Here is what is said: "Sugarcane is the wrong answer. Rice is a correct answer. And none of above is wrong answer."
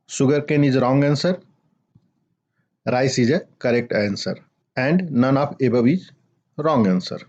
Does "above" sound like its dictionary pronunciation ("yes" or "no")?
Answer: no